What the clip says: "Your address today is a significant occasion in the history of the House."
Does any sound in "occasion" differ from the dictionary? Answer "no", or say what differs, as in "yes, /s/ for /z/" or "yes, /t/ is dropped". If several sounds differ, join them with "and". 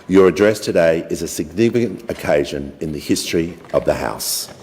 no